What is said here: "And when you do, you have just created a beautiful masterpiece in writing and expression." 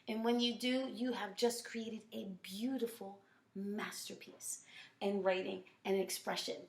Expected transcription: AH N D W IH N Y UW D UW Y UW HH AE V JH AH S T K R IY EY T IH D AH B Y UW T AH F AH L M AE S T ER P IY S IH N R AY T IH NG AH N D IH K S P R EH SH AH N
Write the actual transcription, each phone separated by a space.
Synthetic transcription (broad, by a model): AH N W IH N Y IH D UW Y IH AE V JH AH S K R IY EY T IH D AH B Y UW T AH F L M AE S T ER P IY S IH N R AY T IH NG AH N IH K S P R EH SH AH N